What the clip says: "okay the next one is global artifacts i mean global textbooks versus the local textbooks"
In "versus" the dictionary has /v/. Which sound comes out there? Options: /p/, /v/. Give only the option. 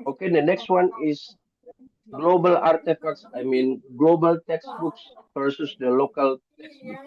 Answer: /p/